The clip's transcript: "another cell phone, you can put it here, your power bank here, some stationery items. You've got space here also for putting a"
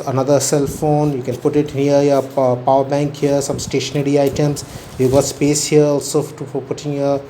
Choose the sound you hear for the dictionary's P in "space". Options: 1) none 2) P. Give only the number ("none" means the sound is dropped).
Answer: 2